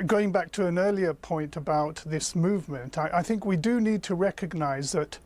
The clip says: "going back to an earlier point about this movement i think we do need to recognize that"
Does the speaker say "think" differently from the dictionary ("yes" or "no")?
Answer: no